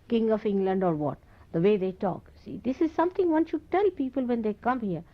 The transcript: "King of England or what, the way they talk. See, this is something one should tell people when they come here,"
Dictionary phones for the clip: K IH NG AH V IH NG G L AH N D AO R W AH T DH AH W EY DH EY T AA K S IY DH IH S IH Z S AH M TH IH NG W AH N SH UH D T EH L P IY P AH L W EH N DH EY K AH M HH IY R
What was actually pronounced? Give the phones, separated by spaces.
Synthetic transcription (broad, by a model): K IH NG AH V IH NG G L AH N D AO R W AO T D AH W EY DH EY T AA K S IY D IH S IH Z S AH M T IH NG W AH N SH UH D T EH L P IY P AH L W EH N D EY K AH M HH IY R